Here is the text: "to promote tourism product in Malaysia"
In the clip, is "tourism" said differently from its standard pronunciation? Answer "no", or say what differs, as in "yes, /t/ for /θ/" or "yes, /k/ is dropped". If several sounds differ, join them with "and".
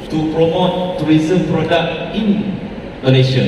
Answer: yes, /w/ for /ɹ/